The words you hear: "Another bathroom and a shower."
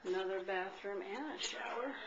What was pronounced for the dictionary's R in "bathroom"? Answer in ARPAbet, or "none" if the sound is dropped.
R